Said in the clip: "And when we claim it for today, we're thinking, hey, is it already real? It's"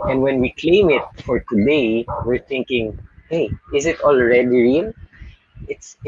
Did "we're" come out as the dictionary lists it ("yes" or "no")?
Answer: yes